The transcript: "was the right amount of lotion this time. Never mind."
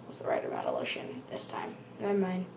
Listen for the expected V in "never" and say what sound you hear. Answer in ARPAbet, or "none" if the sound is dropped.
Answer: none